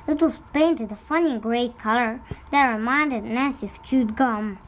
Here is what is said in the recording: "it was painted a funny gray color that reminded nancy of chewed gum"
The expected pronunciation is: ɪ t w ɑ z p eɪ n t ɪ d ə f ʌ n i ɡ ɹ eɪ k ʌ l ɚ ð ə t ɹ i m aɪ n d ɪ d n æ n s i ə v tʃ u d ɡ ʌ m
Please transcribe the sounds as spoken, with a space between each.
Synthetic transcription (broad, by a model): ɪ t w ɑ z p eɪ n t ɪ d ə f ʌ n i ɡ ɹ eɪ k ʌ l ɚ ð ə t ɹ i m aɪ n d ɪ d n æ s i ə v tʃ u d ɡ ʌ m